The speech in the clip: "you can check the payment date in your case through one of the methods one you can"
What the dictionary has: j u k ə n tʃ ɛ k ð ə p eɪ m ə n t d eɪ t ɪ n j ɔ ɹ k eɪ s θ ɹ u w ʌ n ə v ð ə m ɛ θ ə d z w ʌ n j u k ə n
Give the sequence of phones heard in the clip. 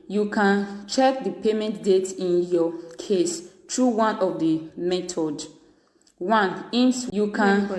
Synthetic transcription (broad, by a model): j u k ə n tʃ ɛ k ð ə p eɪ m ə n t d eɪ t ɪ n j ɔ k eɪ s t ɹ u w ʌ n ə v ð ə m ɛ t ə d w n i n j u k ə n